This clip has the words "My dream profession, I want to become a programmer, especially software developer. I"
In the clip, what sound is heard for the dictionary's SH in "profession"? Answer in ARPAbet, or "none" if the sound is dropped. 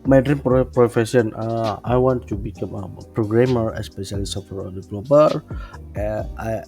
S